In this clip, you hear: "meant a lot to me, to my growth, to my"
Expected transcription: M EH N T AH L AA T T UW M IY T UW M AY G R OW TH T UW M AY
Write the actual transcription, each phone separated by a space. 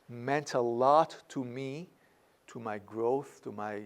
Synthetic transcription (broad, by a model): M EH N T AH L AA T T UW M IY T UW M AY G R OW TH T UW M AY